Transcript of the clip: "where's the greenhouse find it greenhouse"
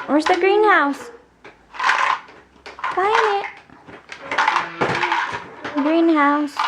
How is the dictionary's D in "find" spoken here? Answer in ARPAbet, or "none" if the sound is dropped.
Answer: none